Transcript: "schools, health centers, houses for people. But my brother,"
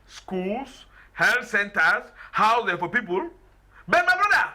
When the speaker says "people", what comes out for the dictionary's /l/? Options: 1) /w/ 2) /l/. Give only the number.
2